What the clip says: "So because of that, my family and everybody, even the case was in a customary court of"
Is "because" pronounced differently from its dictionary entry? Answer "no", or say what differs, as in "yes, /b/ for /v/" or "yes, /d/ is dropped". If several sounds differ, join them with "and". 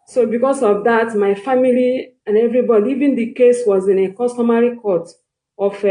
yes, /s/ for /z/